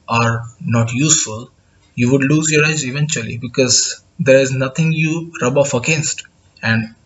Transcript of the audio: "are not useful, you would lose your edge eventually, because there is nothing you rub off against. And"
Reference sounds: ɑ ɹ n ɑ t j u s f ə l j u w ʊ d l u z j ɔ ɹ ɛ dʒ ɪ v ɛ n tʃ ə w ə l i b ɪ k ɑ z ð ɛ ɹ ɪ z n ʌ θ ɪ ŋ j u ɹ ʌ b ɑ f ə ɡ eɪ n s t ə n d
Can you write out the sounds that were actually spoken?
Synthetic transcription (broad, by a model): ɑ ɹ n ɑ t j u s f ə l j u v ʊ d l u z j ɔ ɹ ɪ z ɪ v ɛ n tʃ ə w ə l i b ɪ k ɑ z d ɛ ɹ ɪ z n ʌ t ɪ ŋ j u ɹ ʌ b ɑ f ə ɡ eɪ n s t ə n d